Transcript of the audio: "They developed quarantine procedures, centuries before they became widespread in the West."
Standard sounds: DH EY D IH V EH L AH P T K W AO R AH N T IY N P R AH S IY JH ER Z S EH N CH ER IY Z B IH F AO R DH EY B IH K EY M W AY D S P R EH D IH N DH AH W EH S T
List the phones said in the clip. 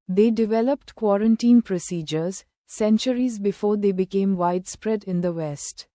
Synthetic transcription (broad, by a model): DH EY D IH V EH L AH P T K W AO R AH N T IY N P R AH S IY JH ER Z S EH N CH ER IY Z B IH F AO R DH EY B IH K EY M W AY D S P R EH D IH N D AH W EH S T